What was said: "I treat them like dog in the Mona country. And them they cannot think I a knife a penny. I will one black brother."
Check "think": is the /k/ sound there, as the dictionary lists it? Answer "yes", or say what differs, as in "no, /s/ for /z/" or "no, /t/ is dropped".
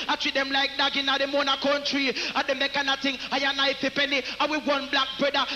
no, /k/ is dropped